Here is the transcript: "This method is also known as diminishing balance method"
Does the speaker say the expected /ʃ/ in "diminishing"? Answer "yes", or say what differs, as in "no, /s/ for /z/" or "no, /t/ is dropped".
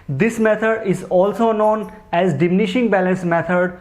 yes